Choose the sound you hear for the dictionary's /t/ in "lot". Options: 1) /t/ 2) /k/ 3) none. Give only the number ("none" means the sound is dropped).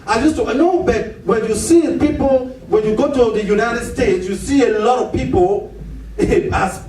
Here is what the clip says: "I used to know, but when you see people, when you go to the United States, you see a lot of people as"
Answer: 1